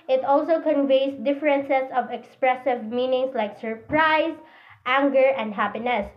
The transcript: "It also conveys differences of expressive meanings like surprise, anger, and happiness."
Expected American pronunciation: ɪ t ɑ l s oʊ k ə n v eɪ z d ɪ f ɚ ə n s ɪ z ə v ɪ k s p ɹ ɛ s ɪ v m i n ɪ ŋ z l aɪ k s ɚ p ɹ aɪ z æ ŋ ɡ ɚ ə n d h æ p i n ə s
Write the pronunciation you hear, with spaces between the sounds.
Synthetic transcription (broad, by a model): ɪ t ɑ l s oʊ k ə n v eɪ s d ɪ f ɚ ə n s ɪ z ə v ɪ k s p ɹ ɛ s ɪ v m i n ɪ ŋ s l aɪ k s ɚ p ɹ aɪ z æ ŋ ɡ ɚ ə n d h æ p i n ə s